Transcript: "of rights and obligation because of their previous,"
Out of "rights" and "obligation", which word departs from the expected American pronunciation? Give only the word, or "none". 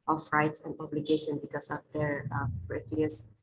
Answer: none